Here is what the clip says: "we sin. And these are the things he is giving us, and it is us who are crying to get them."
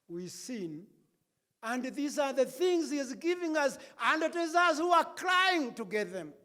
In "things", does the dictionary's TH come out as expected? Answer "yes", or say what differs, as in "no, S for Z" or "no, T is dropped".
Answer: yes